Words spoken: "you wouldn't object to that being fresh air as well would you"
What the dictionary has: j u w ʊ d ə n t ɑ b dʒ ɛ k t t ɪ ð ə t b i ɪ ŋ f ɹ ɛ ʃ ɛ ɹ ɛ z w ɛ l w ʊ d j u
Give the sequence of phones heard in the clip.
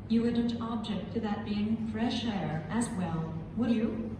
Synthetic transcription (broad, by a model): j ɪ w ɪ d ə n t ɑ b dʒ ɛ k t t ɪ ð ə t b i ɪ ŋ f ɹ ɛ ʃ ɛ ɹ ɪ z w ɛ l w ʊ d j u